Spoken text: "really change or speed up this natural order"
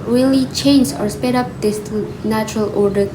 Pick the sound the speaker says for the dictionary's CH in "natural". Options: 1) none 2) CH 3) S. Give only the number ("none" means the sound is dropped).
2